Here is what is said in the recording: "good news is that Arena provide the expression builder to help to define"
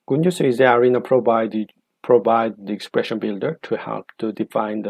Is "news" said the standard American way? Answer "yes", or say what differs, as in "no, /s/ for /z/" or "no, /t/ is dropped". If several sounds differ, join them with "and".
no, /s/ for /z/